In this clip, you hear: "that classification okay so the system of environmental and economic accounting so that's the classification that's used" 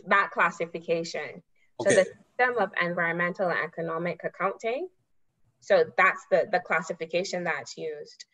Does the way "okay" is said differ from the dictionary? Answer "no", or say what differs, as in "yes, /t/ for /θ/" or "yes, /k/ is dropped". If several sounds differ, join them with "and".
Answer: yes, /k/ is dropped